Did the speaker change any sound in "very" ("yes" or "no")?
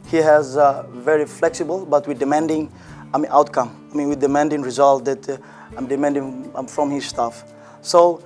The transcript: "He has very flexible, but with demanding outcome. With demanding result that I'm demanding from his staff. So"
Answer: no